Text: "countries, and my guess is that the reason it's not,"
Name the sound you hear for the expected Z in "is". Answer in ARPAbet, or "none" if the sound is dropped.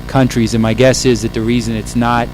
Z